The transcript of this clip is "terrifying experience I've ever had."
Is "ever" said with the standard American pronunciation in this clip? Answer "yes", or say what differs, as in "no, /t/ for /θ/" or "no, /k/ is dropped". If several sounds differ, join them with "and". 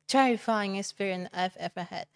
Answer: no, /f/ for /v/